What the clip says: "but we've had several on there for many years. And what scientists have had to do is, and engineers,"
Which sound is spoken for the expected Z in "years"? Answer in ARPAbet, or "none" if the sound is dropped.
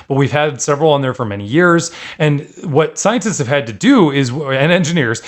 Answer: Z